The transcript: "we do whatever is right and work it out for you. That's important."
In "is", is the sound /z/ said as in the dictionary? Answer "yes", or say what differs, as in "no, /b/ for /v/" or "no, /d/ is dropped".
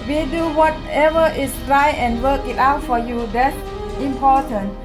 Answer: no, /s/ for /z/